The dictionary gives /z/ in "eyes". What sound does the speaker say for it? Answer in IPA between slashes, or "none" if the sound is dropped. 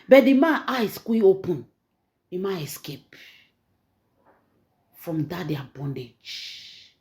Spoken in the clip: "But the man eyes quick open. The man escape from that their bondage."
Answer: /s/